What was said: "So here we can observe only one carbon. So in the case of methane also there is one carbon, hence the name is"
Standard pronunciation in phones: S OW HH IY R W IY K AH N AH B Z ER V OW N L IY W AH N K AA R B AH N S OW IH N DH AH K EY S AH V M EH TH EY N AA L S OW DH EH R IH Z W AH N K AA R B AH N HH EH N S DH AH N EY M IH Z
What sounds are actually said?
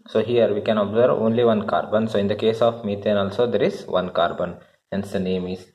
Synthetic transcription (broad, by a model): S OW HH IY R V IY K AH N AH B Z ER V OW N L IY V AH N K AA R B AH N S OW IH N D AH K EY S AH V M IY T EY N AA L S OW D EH R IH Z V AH N K AA R B AH N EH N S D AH N EY M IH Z